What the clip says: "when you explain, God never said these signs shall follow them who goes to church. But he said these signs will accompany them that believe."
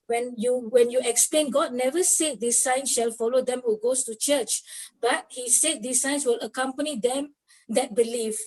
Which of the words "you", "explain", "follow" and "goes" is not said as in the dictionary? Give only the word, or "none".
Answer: goes